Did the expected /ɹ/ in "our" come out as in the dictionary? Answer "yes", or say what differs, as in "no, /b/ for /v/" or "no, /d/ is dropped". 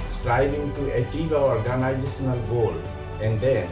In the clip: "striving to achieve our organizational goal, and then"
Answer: no, /w/ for /ɹ/